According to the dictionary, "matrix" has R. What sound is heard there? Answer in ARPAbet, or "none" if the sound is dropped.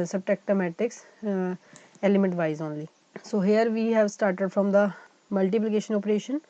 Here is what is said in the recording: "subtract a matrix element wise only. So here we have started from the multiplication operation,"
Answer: none